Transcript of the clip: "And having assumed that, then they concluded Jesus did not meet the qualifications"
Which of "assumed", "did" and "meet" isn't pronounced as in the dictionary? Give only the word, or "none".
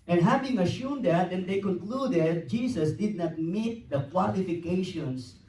assumed